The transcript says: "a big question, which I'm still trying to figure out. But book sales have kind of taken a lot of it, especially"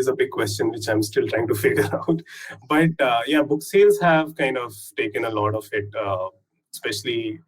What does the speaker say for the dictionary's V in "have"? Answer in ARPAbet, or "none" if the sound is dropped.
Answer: V